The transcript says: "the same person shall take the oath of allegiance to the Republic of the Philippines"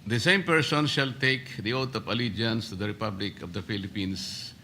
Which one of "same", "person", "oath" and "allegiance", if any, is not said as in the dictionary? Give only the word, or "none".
oath